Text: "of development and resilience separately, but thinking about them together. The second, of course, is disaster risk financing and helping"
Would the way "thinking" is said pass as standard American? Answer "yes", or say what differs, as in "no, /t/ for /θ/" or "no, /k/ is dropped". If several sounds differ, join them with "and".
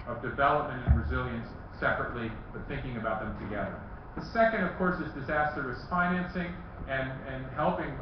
yes